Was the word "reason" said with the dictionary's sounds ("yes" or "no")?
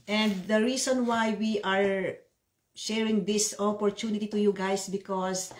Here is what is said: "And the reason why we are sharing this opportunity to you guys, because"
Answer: no